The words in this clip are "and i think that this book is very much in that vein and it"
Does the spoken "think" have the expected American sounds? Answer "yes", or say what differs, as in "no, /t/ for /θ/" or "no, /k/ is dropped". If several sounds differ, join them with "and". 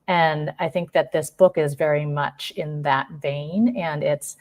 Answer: yes